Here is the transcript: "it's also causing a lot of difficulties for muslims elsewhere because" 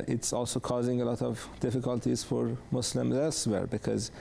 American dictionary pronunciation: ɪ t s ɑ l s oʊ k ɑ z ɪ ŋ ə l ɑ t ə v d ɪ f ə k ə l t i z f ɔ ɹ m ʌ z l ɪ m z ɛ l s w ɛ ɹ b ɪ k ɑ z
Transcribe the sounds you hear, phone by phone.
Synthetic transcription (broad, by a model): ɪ t s ɑ l s oʊ k ɑ z ɪ ŋ ə l ɑ t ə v d ɪ f ə k ə l t i z f ɔ ɹ m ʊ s l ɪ m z ɛ l s w ɛ ɹ b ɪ k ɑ z